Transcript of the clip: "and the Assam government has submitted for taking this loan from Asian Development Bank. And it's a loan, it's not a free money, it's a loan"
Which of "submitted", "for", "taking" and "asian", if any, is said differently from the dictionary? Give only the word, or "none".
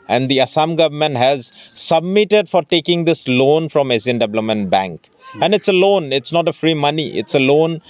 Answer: asian